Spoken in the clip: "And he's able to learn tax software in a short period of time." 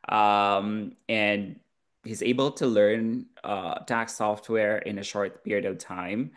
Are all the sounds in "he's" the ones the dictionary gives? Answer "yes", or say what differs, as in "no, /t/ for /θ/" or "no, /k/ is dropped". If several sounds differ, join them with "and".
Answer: yes